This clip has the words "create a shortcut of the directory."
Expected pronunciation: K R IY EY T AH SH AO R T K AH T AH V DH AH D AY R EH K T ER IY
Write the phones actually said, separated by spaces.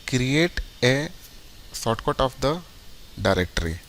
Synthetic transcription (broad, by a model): K R IY EY T AH S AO T K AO T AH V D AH D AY R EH K T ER IY